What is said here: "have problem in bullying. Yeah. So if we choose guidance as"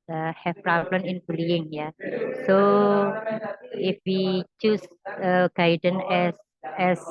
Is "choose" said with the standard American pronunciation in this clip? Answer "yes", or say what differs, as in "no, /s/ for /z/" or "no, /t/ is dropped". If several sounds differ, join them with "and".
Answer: no, /s/ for /z/